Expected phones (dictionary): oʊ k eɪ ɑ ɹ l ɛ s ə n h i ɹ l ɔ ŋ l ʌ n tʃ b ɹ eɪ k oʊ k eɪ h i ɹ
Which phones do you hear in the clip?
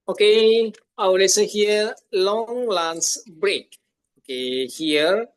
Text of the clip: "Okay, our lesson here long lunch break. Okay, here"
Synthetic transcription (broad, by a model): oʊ k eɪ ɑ w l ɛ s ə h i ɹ l ɔ ŋ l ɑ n s b ɹ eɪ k oʊ k eɪ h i ɹ